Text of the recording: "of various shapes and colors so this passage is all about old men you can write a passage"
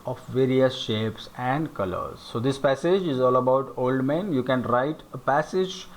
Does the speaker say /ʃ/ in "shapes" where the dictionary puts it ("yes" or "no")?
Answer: yes